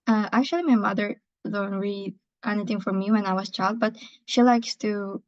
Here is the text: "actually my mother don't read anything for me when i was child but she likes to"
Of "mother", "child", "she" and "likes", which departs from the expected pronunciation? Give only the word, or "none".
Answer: none